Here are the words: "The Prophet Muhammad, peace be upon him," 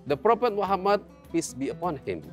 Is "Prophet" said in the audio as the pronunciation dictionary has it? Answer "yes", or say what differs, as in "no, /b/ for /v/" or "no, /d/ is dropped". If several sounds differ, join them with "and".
no, /p/ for /f/